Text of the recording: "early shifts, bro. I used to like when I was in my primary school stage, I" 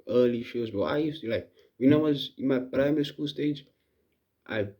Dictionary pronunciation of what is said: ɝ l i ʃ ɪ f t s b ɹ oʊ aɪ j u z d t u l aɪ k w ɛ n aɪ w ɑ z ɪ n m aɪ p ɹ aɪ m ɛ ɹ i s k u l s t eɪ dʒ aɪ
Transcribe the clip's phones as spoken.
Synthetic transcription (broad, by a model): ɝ l i ʃ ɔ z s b oʊ aɪ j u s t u l aɪ k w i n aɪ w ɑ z ɪ n m aɪ p ɹ aɪ m ɛ ɹ i s k u l s t eɪ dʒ aɪ